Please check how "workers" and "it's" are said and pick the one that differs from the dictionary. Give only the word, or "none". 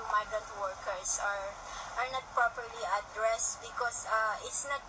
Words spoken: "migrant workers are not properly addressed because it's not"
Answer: workers